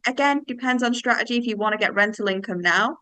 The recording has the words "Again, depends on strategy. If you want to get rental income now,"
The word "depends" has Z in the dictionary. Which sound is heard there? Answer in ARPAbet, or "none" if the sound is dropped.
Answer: Z